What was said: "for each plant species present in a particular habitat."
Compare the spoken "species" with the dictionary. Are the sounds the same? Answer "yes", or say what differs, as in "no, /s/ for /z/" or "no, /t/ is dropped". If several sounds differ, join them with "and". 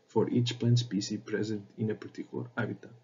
no, /s/ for /ʃ/ and /z/ is dropped